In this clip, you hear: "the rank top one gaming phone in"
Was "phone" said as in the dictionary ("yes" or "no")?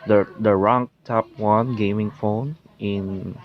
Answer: yes